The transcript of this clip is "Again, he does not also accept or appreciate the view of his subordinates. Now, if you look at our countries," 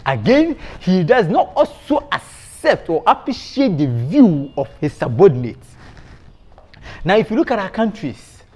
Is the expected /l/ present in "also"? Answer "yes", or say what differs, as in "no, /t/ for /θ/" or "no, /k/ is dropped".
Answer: yes